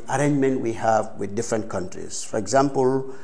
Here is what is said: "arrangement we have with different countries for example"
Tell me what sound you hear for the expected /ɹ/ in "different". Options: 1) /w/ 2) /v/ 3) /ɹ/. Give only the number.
3